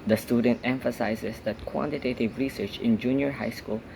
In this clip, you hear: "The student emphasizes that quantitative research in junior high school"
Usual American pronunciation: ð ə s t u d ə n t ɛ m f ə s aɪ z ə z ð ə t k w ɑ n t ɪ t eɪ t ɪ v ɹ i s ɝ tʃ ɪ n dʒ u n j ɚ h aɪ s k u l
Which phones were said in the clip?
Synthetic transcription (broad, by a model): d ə s t u d ə n t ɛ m f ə s aɪ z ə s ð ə t k w ɑ n t ɪ t eɪ t ɪ v ɹ i s ɝ tʃ ɪ n dʒ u n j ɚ h aɪ s k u l